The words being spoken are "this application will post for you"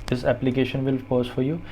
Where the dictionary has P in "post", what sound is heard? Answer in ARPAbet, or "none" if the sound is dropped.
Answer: F